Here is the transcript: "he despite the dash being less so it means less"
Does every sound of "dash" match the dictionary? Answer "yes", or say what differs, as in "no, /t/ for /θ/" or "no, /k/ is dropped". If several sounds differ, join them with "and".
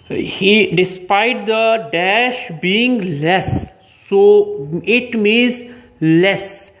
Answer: yes